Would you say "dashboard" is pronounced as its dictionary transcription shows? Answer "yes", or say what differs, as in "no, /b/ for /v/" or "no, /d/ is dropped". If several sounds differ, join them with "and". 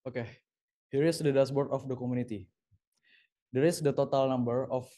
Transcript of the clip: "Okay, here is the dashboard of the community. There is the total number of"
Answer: no, /s/ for /ʃ/